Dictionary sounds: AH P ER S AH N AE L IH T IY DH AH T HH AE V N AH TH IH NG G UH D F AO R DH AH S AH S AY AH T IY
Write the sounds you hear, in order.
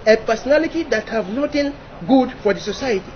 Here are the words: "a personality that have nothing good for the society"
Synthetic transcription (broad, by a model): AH P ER S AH N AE L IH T IY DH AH T HH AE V N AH T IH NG G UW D F AO R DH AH S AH S AY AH T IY